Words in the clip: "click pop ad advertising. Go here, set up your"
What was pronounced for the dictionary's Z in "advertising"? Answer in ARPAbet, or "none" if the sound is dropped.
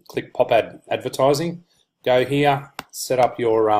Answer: Z